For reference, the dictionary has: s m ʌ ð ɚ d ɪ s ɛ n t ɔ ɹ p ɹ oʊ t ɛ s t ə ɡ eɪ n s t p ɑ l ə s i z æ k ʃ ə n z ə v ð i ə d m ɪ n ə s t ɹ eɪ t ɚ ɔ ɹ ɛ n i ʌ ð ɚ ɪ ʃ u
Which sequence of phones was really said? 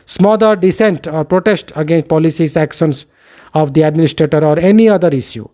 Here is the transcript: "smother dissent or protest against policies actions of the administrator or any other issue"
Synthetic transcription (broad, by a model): s m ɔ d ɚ d ɪ s ɛ n t ɔ ɹ p ɹ oʊ t ɛ s t ə ɡ eɪ n s t p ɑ l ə s i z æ k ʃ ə n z ə v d i ə d m ɪ n ə s t ɹ eɪ t ɚ ɔ ɹ ɛ n i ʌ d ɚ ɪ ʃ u